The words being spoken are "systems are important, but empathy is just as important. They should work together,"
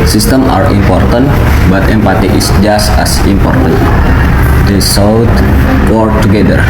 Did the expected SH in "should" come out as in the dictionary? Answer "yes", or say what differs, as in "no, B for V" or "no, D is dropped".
no, S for SH